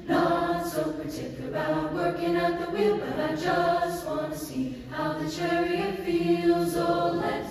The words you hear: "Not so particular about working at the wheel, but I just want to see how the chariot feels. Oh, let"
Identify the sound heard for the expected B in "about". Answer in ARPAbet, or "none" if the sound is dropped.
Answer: none